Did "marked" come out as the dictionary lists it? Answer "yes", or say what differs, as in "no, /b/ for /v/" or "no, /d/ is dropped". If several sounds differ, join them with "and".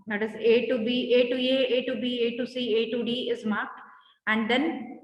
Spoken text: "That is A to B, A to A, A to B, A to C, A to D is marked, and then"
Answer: no, /t/ is dropped